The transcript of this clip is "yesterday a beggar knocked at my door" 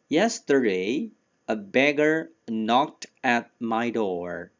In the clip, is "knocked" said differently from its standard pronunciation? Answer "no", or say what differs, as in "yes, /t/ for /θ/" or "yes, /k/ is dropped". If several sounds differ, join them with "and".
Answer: no